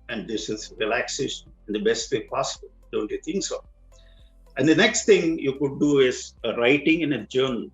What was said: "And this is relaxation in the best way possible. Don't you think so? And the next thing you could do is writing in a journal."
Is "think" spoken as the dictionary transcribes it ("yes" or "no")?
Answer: no